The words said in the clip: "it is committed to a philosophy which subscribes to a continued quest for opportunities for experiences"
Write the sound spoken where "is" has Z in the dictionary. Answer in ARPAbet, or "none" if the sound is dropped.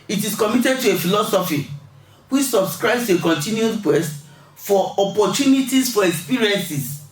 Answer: S